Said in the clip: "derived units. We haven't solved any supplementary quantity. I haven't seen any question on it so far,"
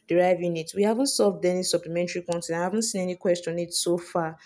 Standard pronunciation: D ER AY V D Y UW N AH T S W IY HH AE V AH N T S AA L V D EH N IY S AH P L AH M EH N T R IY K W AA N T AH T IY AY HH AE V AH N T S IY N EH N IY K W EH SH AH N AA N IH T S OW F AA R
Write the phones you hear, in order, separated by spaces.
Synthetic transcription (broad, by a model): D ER AY V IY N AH T W IY HH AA V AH N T S AA L V D EH N IY S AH P L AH M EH N T R IY K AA N T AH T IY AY HH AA V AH N T S IY N EH N IY K W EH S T AA N IH T S OW F AA